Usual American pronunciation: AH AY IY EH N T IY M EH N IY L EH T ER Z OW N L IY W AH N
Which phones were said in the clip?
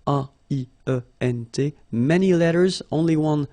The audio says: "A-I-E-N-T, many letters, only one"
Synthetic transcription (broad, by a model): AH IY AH EH N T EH M EH N IY L EH T ER Z OW N L IY W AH N